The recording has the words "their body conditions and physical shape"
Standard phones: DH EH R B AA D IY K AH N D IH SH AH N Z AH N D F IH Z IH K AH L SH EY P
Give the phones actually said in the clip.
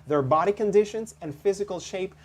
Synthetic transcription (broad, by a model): DH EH R B AA D IY K AH N D IH SH AH N Z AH N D F IH Z IH K AH L SH EY P